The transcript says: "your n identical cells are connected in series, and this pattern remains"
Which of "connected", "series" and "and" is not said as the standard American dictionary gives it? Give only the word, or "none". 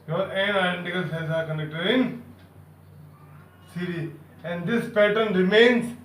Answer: series